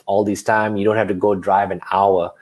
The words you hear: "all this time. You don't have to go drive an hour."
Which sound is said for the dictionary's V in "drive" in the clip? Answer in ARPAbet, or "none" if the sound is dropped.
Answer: V